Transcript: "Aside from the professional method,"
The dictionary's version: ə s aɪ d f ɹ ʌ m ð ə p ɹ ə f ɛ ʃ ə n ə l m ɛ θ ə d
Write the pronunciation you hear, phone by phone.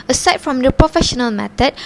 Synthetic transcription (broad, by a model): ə s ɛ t f ɹ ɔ m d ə p ɹ ə f ɛ ʃ ə n ə l m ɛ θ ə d